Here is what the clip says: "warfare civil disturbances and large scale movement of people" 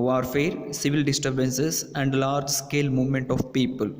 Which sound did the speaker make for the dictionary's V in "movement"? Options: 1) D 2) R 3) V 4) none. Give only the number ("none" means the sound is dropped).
3